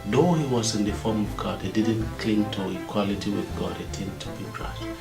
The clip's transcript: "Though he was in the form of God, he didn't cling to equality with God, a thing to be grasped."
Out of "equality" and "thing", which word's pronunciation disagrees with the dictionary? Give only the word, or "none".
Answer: thing